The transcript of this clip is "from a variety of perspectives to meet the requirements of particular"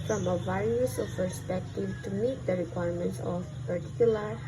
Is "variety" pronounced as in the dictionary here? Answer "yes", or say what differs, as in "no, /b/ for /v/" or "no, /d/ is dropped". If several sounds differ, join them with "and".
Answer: no, /s/ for /t/